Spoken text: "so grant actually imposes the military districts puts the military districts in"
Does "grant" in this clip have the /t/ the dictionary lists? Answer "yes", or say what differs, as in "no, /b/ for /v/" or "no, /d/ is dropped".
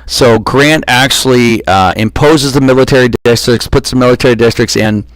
yes